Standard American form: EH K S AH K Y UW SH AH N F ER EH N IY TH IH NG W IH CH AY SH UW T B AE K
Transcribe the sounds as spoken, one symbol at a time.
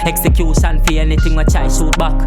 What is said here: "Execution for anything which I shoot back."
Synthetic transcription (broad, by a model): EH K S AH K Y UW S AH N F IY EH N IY T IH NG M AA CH AY S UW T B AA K